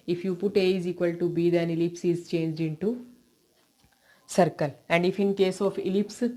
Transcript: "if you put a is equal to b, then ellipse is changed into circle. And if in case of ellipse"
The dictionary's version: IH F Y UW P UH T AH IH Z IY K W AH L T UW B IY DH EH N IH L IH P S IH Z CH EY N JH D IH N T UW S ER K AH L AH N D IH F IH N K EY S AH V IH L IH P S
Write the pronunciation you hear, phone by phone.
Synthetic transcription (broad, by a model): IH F Y UW P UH T AH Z IY K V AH L T UW B IY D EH N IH L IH P S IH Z CH EY N JH D IH N T UW S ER K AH L AH N D IH F IH N K EY S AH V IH L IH P S